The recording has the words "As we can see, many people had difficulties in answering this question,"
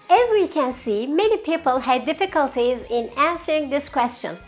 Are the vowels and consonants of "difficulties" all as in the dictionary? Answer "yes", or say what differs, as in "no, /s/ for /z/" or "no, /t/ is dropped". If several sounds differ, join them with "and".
yes